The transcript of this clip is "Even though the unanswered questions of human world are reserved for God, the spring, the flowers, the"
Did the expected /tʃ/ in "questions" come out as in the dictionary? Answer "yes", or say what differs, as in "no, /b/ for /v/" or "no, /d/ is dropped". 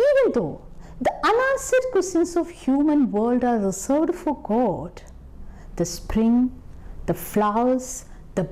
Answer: no, /tʃ/ is dropped